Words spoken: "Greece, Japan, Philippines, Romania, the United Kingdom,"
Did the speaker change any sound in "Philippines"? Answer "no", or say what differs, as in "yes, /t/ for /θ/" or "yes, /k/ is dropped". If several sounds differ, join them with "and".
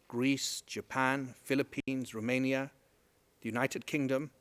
no